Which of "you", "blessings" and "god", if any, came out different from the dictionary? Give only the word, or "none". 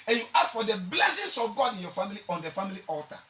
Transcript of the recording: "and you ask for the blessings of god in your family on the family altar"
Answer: blessings